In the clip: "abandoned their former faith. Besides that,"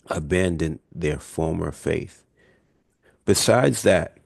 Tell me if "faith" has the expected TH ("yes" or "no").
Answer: yes